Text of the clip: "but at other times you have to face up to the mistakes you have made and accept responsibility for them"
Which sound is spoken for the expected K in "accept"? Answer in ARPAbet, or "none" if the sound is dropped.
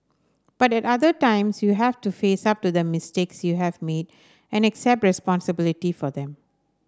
K